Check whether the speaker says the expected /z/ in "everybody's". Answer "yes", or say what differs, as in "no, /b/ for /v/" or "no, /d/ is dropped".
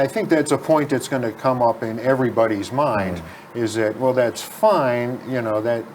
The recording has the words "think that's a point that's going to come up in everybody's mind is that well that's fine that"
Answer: yes